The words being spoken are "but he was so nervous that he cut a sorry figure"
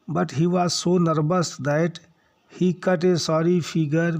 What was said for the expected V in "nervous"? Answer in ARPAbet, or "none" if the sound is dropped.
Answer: B